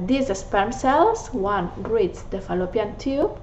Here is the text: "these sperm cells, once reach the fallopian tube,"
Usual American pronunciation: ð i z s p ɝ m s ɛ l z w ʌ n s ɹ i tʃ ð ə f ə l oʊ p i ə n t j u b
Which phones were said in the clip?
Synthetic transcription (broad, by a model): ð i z s p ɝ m s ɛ l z w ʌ n ɹ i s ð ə f ə l oʊ p i ə n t j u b